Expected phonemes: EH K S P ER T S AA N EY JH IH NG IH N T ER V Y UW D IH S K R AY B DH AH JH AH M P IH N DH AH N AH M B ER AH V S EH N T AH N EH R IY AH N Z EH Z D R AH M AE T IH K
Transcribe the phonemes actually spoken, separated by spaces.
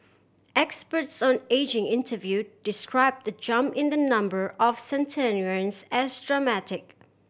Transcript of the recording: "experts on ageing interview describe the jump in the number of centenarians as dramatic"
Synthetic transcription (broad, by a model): EH K S P ER T S AA N EY JH IH NG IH N T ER V Y UW D IH S K R AY B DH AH JH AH M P IH N DH AH N AH M B ER AH V S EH N T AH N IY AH N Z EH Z D R AH M AE T IH K